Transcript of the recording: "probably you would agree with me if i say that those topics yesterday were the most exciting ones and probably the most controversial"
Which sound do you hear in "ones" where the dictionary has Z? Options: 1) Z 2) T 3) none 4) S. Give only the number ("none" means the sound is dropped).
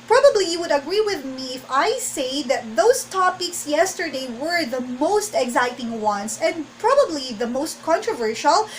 4